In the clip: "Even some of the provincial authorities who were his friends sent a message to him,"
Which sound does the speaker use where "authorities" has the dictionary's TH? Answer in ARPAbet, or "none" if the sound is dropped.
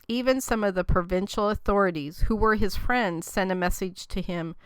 TH